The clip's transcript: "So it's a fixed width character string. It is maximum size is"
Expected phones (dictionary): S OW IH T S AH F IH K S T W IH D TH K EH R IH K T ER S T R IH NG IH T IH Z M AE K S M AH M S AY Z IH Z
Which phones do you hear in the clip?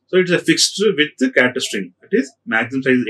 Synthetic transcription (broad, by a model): S OW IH T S AH F IH K S T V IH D K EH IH T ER S T R IH NG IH T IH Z M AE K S AH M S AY IH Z